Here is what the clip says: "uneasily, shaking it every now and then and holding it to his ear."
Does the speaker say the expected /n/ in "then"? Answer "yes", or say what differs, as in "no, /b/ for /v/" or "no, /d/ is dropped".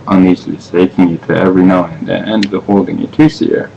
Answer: no, /n/ is dropped